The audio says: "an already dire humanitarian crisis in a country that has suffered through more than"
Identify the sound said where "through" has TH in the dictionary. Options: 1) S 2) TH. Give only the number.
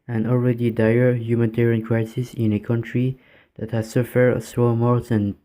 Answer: 1